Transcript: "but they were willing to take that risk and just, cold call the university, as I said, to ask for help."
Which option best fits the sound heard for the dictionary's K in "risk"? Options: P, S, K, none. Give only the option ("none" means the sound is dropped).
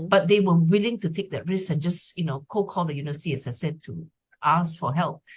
none